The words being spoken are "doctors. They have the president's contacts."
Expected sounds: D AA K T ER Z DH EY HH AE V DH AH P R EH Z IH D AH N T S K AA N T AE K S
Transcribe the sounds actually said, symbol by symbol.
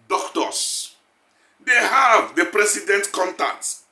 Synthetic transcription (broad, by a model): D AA K T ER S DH EY HH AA V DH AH P R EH S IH D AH N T K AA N T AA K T